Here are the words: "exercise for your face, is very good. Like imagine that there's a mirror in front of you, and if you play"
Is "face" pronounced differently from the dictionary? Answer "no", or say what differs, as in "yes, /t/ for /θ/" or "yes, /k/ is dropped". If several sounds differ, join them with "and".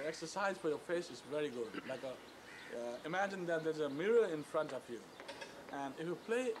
no